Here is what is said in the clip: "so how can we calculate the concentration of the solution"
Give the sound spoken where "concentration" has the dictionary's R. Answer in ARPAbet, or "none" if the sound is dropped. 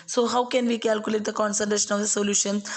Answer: none